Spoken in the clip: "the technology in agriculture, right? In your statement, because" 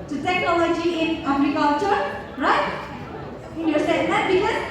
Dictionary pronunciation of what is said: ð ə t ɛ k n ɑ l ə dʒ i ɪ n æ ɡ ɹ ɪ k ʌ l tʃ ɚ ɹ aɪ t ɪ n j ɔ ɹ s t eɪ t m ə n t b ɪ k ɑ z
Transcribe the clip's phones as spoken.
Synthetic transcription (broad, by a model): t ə t ɛ k n ɑ l ə dʒ i ɪ n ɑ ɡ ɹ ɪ k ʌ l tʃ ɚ ɹ aɪ t ɪ n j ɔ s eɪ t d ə t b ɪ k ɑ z